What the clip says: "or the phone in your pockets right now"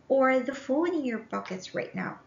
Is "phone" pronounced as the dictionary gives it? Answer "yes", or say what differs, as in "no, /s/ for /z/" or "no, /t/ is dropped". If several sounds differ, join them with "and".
no, /l/ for /n/